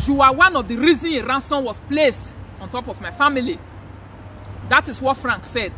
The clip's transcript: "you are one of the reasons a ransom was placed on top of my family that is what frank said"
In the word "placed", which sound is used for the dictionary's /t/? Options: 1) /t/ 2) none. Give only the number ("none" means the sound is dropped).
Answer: 1